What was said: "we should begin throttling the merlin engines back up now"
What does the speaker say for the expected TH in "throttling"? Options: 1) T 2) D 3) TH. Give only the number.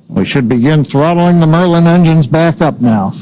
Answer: 3